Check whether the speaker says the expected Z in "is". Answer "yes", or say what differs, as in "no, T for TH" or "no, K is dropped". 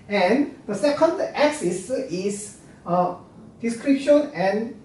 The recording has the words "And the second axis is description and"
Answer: no, S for Z